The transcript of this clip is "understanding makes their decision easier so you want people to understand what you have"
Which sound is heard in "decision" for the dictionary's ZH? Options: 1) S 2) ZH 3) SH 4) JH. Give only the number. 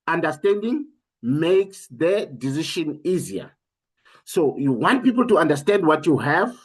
3